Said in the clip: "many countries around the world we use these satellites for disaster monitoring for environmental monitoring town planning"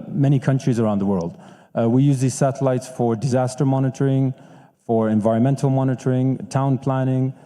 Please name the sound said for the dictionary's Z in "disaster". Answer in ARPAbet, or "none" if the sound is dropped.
Z